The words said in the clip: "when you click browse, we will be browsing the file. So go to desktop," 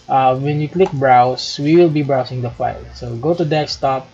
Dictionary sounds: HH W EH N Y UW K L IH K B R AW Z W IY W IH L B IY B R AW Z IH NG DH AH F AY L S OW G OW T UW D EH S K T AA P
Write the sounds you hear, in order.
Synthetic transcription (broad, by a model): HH W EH N Y UW K L IH K B R AW S W IY W IH L B IY B R AW S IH NG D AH F AY L S OW G OW T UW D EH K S T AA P